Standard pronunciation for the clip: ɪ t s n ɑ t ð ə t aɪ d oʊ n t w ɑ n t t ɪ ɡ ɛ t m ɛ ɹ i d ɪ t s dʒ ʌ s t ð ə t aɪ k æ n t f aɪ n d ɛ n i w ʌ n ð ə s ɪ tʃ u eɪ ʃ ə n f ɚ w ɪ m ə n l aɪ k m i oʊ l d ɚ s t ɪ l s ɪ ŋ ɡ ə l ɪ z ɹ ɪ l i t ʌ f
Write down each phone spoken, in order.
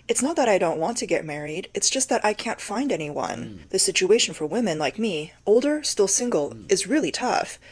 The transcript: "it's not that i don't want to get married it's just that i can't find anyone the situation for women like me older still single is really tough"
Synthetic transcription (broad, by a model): ɪ t s n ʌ t ð ə t aɪ d oʊ n t w ɑ n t t ɪ ɡ ɛ t m ɛ ɹ i d ɪ t s dʒ ʌ s t ð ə t aɪ k æ n t f aɪ n d ɛ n i w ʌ n ð ə s ɪ tʃ u eɪ ʃ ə n f ɚ w ɪ m ə n l aɪ k m i oʊ l d ɚ s t ɪ l s ɪ ŋ ɡ l ɪ z ɹ ɪ l i t ʌ f